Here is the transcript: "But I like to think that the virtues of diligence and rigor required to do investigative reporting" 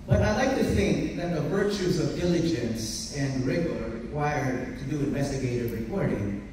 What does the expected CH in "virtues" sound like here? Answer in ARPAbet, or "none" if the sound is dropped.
CH